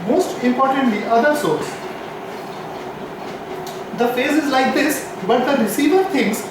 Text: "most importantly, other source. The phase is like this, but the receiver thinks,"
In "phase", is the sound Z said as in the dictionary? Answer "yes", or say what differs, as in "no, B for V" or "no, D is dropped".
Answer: yes